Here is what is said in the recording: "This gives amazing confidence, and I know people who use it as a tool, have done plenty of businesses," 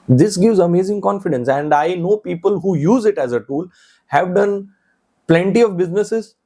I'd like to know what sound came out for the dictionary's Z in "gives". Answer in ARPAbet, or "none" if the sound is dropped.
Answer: Z